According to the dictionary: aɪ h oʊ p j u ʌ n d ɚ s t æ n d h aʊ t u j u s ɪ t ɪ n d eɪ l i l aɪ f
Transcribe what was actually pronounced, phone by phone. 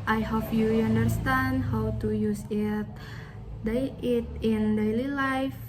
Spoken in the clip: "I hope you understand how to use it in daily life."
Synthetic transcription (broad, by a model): aɪ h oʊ f j u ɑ n d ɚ s t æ n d h aʊ t u j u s ɪ t ɪ n d eɪ l i l aɪ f